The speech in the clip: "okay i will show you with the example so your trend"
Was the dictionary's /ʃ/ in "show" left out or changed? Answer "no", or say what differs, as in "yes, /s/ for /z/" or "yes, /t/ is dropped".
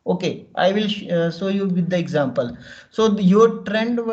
yes, /s/ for /ʃ/